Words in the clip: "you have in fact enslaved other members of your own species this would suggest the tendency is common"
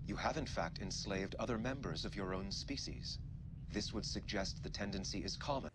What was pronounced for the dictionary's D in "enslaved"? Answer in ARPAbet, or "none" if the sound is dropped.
D